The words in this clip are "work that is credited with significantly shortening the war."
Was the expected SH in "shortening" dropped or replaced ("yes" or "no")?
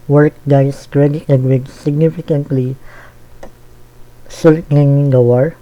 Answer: yes